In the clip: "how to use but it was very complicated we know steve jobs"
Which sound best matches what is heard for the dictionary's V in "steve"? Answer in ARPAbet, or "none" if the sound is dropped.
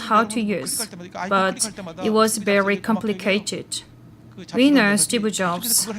B